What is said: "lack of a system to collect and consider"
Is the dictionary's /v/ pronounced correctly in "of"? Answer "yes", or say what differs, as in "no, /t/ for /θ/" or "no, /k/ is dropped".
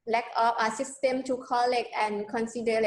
no, /p/ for /v/